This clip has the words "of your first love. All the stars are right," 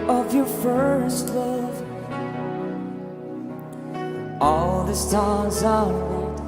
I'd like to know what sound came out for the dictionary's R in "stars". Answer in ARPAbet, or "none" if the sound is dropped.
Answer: L